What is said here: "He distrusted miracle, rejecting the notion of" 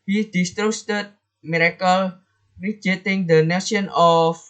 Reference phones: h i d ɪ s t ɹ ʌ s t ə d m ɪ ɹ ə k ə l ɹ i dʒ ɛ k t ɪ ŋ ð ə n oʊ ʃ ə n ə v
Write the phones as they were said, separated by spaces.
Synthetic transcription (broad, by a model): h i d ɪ s t ɹ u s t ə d m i ɹ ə k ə l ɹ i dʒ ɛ t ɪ ŋ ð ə n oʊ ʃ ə n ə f